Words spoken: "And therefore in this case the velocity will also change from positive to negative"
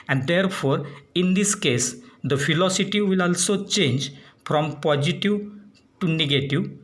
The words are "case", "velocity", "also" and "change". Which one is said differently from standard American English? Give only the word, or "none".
velocity